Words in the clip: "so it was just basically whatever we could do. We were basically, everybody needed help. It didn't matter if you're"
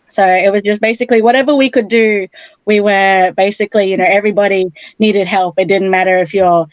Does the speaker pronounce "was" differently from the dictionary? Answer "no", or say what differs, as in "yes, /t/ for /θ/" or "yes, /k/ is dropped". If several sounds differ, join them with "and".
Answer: no